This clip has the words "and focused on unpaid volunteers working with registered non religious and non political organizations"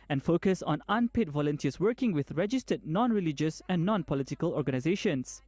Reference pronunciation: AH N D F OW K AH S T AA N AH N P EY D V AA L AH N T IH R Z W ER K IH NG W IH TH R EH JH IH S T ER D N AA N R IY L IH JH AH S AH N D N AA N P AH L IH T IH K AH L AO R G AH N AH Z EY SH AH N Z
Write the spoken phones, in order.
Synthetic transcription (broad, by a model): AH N F OW K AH S AA N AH N P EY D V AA L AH N T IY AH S W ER K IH NG W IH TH R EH JH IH S T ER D N AA N R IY L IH JH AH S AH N N AA N P AH L IH T IH K AH L AO R G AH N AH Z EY SH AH N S